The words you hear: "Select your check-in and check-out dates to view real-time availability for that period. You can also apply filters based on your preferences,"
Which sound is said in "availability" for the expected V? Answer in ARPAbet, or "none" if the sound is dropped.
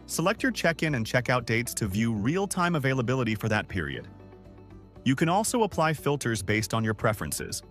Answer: V